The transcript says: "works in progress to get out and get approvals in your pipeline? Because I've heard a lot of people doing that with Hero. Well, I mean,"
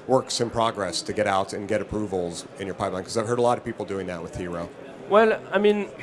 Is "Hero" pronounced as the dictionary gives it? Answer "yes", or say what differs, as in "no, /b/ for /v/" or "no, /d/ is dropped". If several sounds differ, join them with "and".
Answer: yes